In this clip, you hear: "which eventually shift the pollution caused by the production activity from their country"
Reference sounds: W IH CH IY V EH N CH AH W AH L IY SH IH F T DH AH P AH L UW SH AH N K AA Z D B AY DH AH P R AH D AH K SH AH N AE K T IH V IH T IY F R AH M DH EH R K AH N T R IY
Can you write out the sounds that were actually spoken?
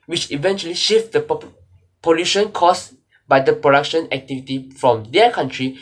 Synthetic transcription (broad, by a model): W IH CH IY V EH N CH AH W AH L IY SH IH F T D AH P AH L UW SH AH N K AA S B AY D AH P R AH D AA K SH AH N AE K T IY V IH T IY F R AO M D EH K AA N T R IY